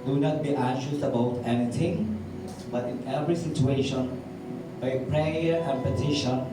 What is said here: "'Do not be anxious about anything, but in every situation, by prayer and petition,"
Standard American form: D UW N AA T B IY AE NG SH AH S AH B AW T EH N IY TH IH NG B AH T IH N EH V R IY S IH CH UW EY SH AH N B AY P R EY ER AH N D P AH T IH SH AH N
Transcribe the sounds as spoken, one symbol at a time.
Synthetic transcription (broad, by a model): D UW N AA T B IY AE SH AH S AH B AW T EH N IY T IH NG B AH T IH N EH V R IY S IH CH UW EY SH AH N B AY P R EY ER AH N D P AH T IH SH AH N